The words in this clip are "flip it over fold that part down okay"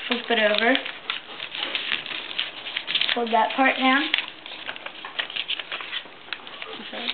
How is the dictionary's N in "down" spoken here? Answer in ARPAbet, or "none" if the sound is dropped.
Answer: none